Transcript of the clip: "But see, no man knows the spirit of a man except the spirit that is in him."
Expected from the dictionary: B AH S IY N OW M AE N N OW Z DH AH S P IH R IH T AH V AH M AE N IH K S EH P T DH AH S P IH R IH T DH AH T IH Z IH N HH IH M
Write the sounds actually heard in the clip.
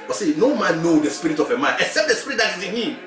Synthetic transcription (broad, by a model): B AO S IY N OW M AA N N OW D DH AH S P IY R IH T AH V AH M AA N IH K S EH P T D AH S P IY R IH T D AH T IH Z IH N HH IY M